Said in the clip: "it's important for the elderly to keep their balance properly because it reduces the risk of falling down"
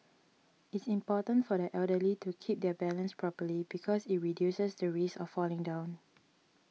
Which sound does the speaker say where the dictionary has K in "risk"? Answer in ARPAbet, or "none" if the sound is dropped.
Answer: none